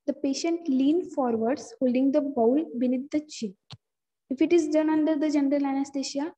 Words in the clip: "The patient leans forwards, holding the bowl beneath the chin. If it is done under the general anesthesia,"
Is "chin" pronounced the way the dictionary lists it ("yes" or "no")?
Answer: no